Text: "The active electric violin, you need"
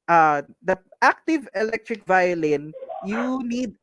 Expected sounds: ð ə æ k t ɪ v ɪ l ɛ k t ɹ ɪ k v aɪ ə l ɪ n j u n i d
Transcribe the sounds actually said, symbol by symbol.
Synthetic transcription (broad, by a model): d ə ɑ k t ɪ v ɪ l ɛ k t ɹ ɪ k v aɪ ə l ɪ n j u n i d